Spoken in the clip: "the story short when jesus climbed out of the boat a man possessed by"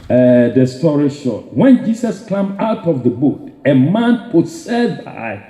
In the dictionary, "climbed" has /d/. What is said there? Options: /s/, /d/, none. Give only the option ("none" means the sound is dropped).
none